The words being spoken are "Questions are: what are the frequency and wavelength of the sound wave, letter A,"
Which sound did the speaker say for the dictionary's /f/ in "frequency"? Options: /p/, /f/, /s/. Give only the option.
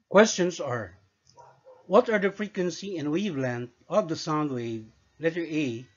/f/